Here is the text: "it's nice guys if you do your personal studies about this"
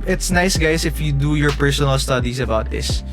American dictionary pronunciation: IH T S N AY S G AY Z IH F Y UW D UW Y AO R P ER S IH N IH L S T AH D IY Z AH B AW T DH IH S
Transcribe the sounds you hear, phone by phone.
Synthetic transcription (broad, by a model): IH T S N AY S G AY S IH F Y UW D UW Y AO R P ER S IH N IH L S T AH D IY S AH B AW T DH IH S